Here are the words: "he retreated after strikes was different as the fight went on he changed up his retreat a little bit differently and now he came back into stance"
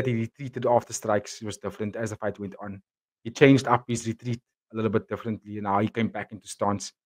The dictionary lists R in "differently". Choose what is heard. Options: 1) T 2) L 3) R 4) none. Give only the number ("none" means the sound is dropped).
3